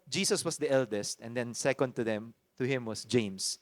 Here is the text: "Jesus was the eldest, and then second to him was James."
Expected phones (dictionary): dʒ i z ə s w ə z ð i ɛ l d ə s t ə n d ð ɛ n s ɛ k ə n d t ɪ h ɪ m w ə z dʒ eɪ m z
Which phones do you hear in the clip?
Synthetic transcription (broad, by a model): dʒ i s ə s w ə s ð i ɛ l d ə s t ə n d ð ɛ n s ɛ k ə n d t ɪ h ɪ m w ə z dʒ eɪ m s